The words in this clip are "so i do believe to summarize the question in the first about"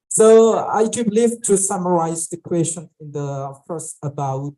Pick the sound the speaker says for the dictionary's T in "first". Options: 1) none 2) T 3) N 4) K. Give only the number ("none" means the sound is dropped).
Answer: 1